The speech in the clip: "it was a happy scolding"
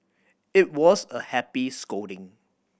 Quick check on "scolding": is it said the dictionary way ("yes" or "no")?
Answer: no